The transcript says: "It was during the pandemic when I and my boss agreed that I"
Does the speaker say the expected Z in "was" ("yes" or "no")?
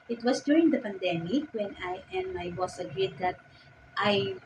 no